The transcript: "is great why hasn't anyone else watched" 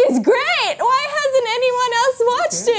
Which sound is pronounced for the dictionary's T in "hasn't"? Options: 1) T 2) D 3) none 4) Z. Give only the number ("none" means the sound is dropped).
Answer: 1